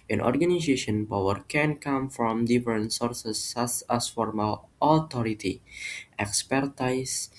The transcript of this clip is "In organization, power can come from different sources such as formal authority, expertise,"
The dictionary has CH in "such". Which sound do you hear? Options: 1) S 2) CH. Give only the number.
1